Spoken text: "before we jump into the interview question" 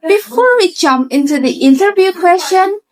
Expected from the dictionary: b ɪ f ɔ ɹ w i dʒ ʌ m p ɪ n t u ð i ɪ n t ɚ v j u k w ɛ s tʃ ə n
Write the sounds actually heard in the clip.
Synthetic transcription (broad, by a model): b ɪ f ɔ ɹ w i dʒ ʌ m ɪ n t u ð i ɪ n t ɚ v j u k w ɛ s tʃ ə n